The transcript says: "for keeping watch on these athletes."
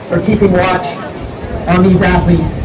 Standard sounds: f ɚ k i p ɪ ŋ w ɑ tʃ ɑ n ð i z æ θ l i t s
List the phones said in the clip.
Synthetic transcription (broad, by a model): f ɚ k i p ɪ ŋ w ɑ tʃ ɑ n ð i z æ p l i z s